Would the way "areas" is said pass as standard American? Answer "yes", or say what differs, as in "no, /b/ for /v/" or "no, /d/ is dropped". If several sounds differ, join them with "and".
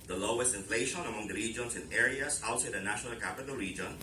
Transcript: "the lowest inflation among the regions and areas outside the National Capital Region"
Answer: no, /s/ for /z/